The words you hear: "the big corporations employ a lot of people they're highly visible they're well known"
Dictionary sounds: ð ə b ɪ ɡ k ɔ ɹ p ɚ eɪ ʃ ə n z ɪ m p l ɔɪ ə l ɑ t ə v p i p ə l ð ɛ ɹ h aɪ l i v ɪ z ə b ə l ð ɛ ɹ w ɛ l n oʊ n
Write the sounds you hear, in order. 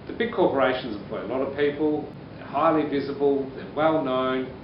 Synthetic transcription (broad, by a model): ð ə b ɪ ɡ k ɔ ɹ p ɚ eɪ ʃ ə n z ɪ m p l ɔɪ ə l ɑ t ə v p i p ə l ð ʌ ɹ h aɪ l i v ɪ z ə b ə l ð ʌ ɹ w ɛ l n oʊ n